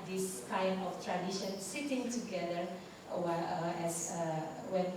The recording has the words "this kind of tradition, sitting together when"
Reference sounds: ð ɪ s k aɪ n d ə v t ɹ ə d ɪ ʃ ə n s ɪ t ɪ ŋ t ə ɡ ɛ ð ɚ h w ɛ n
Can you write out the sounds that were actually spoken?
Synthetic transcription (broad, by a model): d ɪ s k aɪ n ə f t ɹ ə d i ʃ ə n s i t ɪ ŋ t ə ɡ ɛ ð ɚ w w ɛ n